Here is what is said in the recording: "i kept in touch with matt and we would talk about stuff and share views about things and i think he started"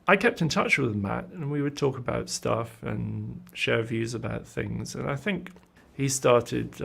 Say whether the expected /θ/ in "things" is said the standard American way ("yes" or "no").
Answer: yes